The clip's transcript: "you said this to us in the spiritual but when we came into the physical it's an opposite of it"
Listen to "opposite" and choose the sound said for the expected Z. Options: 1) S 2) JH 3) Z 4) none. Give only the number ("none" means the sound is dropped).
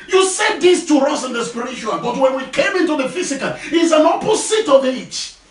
1